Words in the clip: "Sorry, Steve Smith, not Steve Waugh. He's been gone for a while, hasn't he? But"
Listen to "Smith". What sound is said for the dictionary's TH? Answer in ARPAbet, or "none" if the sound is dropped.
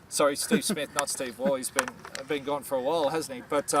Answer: TH